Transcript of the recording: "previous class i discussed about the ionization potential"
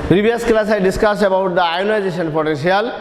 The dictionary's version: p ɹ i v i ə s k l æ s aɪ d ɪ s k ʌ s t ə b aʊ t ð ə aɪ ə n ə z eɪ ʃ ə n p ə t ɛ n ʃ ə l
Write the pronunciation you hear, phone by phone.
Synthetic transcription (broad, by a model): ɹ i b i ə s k l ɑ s aɪ d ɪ s k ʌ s ə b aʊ t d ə aɪ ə n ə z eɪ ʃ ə n p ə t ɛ n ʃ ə l